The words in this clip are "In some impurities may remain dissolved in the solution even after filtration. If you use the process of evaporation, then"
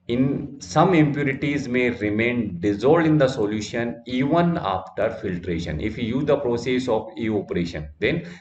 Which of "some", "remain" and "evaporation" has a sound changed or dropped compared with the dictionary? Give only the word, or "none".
evaporation